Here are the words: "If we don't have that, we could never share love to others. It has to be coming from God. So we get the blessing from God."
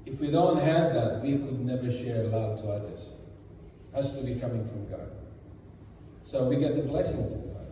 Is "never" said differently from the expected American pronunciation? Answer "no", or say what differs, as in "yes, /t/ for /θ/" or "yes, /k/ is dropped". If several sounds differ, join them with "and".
no